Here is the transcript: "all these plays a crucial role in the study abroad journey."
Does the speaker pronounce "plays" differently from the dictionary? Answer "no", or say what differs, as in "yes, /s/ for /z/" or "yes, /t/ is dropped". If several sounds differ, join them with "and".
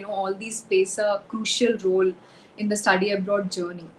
yes, /l/ is dropped and /s/ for /z/